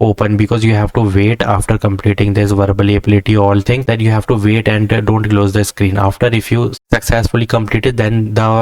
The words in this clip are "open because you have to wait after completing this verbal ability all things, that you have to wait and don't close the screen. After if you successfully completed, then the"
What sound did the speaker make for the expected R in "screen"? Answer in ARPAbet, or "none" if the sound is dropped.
R